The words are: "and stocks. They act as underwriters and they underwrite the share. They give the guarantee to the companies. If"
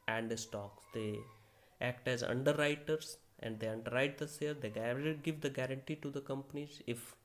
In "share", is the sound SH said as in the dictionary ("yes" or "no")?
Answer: no